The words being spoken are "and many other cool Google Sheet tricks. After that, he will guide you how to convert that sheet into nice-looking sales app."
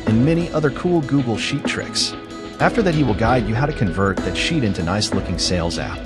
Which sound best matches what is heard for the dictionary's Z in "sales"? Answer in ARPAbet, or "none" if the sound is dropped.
Z